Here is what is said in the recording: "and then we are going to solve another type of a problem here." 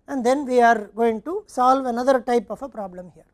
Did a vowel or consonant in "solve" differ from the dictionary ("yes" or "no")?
no